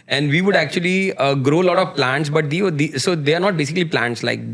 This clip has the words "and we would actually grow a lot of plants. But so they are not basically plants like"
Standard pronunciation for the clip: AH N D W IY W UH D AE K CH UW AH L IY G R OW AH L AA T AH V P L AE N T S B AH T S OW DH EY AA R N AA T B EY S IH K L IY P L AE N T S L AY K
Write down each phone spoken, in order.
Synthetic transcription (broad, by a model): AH N D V IY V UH D AE K CH UW AH L IY G R OW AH L AA T AH V P L AE N T S B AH T S OW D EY AA R N AA T B EY S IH K L IY P L AE N T S L AY K